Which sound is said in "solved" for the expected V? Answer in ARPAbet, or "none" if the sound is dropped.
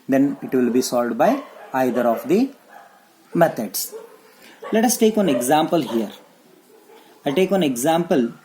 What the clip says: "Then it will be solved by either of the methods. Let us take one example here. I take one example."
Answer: none